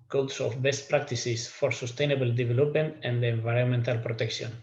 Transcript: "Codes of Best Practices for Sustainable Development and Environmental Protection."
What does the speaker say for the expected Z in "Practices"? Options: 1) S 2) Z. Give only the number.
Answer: 1